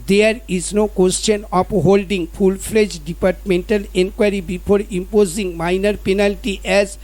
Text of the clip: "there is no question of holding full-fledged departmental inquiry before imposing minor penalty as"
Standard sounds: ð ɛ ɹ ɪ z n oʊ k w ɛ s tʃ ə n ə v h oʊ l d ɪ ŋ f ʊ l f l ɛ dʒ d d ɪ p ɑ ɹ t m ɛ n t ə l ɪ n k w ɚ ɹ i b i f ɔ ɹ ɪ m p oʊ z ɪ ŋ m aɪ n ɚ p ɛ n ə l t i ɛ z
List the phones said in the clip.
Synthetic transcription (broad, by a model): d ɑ ɹ ɪ z n oʊ k w ɛ s tʃ ə n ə p h oʊ l d ɪ ŋ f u l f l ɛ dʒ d d ɪ p ɑ ɹ t m ɛ n t ə l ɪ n k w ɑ ɹ i b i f ɔ ɹ ɪ m p oʊ z ɪ ŋ m aɪ n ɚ p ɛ n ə l t i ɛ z